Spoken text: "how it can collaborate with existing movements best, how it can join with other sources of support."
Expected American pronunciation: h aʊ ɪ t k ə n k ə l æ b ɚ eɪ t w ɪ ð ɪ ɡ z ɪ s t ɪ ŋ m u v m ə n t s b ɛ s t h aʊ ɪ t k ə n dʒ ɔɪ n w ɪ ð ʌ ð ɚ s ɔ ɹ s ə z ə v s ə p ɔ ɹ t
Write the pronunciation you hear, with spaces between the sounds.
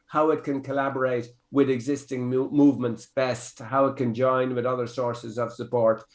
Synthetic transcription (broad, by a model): h aʊ ɪ t k ə n k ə l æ b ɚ eɪ t w ɪ ð ɪ ɡ z ɪ s t ɪ ŋ m u v m ə n t s b ɛ s t h aʊ ɪ t k ə n dʒ ɔɪ n w ɪ ð ʌ ð ɚ s ɔ ɹ s ə z ə v s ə p ɔ ɹ t